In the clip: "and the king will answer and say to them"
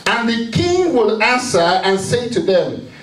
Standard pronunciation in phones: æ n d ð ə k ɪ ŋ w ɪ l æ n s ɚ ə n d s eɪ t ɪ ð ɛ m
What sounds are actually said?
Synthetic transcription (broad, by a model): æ n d ð ə k ɪ ŋ w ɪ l æ n s ɚ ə n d s eɪ t ɪ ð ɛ m